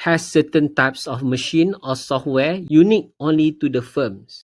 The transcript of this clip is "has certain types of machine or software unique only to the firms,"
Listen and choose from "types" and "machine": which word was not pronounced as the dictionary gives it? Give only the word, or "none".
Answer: none